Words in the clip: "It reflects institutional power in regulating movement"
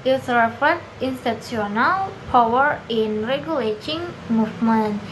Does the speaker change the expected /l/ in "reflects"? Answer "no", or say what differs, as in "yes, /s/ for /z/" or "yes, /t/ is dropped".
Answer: yes, /l/ is dropped